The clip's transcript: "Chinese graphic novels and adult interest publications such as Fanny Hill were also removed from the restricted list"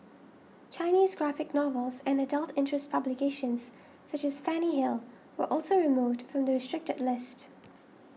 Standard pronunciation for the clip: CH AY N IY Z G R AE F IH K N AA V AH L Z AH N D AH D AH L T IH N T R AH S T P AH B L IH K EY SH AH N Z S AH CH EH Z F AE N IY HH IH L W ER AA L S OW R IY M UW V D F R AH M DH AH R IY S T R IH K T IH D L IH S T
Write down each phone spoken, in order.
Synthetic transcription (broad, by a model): CH AY N IY Z G R AE F IH K N AA V AH L Z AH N AH D AH L T IH N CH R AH S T P AH B L IH K EY SH AH N Z S AH CH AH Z F AE N IY HH IH L W ER AA L S OW R IY M UW V D F R AH M DH AH R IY S T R IH K T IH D L IH S T